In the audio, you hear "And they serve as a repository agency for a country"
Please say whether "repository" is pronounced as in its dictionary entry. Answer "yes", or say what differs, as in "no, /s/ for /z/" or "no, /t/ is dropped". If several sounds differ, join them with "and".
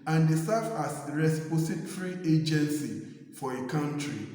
no, /s/ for /z/